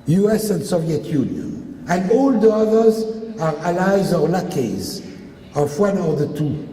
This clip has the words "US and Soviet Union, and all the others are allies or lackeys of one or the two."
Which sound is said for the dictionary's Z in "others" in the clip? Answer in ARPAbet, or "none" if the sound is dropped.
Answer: Z